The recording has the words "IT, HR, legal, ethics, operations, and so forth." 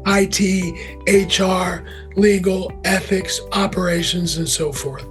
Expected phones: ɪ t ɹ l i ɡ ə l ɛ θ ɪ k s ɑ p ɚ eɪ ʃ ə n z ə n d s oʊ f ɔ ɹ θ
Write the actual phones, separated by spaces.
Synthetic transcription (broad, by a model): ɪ t ɹ l i ɡ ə l ɛ θ ɪ k s ɑ p ɚ eɪ ʃ ə n z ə n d s oʊ f ɔ ɹ θ